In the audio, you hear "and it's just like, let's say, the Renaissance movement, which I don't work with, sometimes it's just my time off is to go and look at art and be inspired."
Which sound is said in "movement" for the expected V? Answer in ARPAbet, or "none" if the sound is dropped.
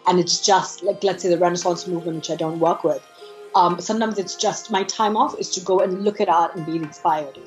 V